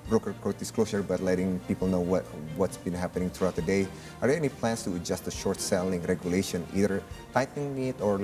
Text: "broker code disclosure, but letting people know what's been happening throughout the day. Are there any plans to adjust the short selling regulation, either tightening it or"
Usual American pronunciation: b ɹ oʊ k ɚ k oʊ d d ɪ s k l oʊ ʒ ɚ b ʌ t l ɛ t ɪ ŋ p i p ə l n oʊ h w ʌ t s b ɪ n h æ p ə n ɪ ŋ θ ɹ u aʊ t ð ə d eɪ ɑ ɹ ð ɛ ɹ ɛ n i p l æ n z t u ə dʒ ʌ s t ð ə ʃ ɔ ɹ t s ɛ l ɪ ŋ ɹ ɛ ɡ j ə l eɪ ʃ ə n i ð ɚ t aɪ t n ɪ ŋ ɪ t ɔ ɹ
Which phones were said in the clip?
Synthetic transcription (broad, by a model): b ɹ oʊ k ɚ k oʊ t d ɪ s k l oʊ s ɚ b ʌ t l ɛ t ɪ ŋ p i p ə l n oʊ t w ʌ t s b ɪ n h æ p ə n ɪ ŋ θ ɹ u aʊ t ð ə d eɪ ɑ ɹ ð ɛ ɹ ɛ n i p l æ n s t u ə dʒ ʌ s t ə ʃ ɔ ɹ t s ɛ l ɪ ŋ ɹ ɛ ɡ j ə l eɪ ʃ ə n i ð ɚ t aɪ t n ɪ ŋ ɪ t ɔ ɹ